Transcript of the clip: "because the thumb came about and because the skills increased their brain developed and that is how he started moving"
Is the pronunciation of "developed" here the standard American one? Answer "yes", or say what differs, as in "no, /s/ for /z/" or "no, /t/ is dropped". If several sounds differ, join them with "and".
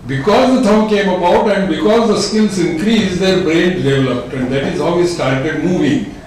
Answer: yes